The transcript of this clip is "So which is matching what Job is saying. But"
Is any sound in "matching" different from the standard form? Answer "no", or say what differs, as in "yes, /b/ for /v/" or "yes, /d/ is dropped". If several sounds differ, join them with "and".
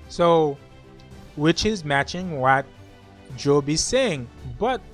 no